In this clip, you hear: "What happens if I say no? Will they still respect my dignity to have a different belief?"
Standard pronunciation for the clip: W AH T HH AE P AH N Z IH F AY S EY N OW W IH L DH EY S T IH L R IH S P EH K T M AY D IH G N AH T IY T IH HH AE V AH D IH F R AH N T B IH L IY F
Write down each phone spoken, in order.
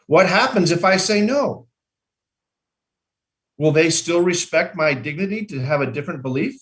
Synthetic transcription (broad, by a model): W AH T HH AE P AH N Z IH F AY S EY N OW W IH L DH EY S T IH L R IH S P EH K T M AY D IH G N AH T IY T IH V AH D IH F R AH N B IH L IY F